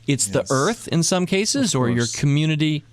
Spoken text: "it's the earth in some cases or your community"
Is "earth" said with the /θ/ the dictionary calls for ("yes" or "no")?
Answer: yes